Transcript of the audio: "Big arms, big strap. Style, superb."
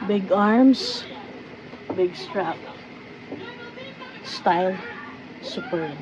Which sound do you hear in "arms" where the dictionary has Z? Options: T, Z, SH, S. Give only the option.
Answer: S